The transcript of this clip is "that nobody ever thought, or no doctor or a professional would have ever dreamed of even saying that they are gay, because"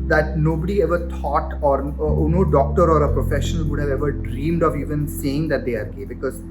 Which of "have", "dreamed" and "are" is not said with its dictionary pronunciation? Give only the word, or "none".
none